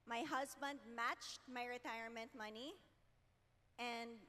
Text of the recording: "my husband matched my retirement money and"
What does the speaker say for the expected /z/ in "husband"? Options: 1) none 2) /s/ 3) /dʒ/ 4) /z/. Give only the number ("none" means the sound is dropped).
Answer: 4